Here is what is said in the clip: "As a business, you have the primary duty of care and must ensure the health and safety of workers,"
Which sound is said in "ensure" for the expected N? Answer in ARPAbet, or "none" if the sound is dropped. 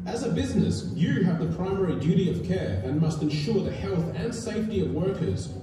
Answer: N